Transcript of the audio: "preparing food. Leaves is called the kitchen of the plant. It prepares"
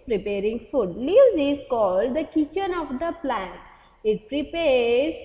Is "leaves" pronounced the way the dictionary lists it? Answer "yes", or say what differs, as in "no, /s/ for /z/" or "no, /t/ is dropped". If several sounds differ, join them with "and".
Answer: no, /v/ is dropped